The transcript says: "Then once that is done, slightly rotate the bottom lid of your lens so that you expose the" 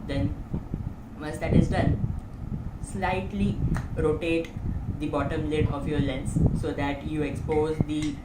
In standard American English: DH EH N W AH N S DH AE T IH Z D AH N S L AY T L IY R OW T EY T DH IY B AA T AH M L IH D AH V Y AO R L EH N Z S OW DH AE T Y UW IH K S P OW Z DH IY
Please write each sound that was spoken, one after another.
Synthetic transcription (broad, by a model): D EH N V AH S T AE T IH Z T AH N S L AY T L IY R OW T EY T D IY B AA T AH M L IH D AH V Y AO R L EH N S S OW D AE T Y UW IH K S P OW Z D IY